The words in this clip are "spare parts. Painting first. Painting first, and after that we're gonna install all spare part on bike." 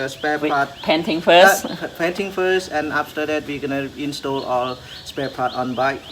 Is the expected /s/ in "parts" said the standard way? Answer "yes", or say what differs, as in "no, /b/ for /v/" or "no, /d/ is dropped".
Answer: no, /s/ is dropped